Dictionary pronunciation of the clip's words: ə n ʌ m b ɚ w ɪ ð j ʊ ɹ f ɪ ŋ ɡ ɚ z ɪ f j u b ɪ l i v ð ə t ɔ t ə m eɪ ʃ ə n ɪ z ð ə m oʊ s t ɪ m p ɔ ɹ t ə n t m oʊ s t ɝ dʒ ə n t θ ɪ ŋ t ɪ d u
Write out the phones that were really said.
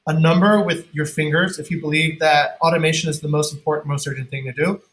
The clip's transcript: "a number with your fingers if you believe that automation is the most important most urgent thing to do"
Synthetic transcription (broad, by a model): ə n ʌ m b ɚ w ɪ ð j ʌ ɹ f ɪ ŋ ɡ ɚ z ɪ f j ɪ b ɪ l i v ð ə t ɔ t ə m eɪ ʃ ə n ɪ z ð ə m oʊ s t m p ɔ ɹ t n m oʊ s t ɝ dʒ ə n θ ɪ ŋ t ɪ d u